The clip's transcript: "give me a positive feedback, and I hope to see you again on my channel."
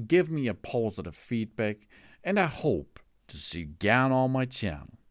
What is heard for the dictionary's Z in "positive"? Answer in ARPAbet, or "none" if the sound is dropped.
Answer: Z